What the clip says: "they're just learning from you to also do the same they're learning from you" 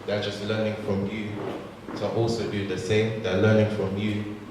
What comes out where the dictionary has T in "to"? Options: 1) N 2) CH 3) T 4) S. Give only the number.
4